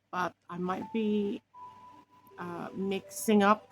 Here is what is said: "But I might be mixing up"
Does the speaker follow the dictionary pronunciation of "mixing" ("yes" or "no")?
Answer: yes